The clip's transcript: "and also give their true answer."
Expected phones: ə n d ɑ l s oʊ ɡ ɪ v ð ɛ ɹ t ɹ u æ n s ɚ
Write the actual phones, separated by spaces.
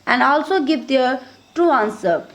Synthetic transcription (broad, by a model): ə n d ɑ l s oʊ ɡ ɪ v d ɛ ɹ t u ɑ n s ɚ